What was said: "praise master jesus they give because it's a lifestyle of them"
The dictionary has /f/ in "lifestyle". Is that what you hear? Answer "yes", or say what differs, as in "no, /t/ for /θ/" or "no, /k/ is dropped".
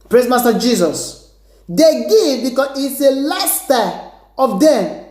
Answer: no, /f/ is dropped